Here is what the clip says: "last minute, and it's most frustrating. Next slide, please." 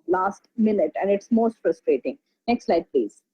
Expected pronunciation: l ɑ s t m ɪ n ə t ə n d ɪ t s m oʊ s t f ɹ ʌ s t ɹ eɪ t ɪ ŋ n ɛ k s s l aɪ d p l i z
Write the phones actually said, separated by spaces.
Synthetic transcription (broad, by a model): l ɑ s t m ɪ n ə t ə n d ɪ t s m oʊ s t f ɹ ʌ s t ɹ eɪ t ɪ ŋ n ɛ k s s l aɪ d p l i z